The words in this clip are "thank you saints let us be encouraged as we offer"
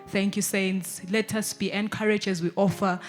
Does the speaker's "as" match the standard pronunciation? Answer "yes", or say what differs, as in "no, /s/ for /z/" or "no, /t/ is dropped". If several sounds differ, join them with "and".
yes